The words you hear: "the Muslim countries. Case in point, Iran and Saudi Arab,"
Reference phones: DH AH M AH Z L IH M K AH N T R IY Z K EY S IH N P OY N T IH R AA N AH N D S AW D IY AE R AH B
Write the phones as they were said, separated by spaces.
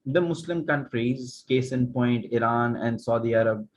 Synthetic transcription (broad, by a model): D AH M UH S L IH M K AH N T R IY Z K EY S IH N P OY N T IH R AA N AH N D S AW D IY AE R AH B